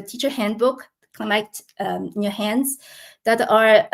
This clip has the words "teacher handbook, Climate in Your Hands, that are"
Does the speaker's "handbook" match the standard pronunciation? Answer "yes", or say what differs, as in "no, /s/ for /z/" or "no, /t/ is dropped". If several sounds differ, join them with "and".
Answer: yes